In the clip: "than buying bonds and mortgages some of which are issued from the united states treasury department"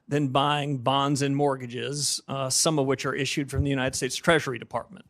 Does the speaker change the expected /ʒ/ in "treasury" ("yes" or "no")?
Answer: no